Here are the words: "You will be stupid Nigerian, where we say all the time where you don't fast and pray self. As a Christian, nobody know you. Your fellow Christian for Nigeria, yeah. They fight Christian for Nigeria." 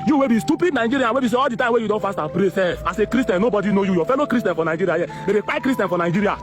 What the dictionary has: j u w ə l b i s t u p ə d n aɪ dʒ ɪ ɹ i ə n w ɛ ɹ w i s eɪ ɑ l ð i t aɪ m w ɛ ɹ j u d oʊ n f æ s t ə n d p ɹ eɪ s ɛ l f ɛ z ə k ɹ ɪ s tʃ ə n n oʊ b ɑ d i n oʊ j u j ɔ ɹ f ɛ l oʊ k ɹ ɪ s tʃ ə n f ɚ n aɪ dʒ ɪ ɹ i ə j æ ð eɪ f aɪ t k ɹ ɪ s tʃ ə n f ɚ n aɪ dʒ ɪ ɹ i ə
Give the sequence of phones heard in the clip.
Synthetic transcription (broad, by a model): j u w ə b i s t u p ə d n aɪ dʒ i ɹ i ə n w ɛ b i s eɪ ɑ l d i t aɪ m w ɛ j u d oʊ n f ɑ s t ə p ɹ eɪ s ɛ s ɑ s ə k ɹ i s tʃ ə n n oʊ b ɑ d i n oʊ j u j ɔ f ɛ l oʊ k ɹ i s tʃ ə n f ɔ n aɪ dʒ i ɹ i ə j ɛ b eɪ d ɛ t k ɹ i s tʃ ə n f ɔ n aɪ dʒ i ɹ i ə